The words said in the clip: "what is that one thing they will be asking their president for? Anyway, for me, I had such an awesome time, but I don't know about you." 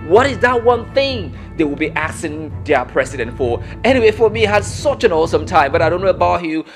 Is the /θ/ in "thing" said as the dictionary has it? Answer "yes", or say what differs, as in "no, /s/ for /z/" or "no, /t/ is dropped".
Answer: yes